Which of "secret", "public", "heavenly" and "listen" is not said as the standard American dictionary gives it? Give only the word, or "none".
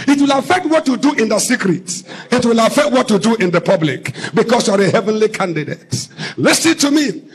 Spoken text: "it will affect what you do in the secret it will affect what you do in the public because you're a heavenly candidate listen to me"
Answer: none